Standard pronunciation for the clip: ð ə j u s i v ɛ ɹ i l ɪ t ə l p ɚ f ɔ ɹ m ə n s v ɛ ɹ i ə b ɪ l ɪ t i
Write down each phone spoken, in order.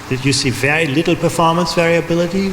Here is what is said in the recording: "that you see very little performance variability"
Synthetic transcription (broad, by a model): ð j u s i v ɛ ɹ i l ɪ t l p ɚ f ɔ ɹ m ə n s v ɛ ɹ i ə b ɪ l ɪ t i